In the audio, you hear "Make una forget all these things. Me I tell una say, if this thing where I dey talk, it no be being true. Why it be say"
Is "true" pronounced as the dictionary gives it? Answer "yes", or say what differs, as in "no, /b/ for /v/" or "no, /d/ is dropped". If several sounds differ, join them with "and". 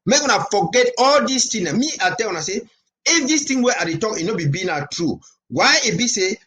yes